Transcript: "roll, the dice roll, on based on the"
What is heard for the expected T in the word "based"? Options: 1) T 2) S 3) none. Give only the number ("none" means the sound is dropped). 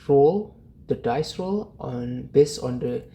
3